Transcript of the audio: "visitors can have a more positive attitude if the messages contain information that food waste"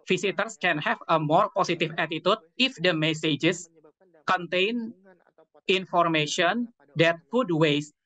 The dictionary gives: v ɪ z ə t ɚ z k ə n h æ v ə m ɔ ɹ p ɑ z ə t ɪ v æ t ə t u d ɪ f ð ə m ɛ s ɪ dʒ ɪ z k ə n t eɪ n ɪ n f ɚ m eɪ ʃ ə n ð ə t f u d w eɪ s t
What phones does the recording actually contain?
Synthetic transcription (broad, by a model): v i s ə t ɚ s k ə n h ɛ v ə m ɔ ɹ p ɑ s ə t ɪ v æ t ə t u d ɪ f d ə m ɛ s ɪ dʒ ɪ s k ə n t eɪ n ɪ n f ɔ m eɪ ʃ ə n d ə t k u d w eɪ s